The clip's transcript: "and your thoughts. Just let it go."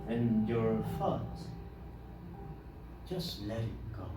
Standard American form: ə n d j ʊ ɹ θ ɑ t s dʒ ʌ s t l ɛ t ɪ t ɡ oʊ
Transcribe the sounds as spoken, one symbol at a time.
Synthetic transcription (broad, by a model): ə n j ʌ ɹ f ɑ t dʒ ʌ s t l ɛ t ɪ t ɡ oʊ